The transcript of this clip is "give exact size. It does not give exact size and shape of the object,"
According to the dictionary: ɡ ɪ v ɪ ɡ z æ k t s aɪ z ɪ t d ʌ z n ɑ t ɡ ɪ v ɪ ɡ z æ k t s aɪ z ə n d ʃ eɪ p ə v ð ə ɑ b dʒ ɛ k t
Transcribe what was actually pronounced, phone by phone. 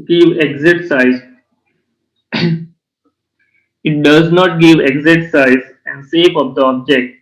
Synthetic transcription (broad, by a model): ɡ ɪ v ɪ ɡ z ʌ t s aɪ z ɪ t d ʌ z n ɑ t ɡ ɪ v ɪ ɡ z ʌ t s aɪ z ə n d s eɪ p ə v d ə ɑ b dʒ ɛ k t